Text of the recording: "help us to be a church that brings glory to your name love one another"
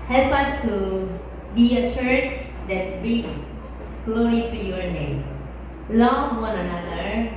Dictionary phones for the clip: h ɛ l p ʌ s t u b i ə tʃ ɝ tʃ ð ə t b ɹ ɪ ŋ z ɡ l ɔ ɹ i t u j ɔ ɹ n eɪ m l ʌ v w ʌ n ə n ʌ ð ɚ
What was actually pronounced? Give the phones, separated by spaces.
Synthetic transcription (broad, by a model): h ɛ l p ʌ s t u b i ə tʃ ɝ tʃ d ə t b ɹ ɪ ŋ ɡ l ɔ ɹ i t u j ɔ ɹ n eɪ m l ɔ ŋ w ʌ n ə n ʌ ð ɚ